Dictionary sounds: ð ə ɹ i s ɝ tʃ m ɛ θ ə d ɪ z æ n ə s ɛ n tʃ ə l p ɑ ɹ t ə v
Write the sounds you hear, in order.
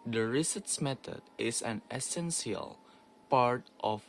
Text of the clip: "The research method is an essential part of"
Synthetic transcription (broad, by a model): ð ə ɹ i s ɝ s m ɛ t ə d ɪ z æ n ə s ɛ n s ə l p ɑ ɹ t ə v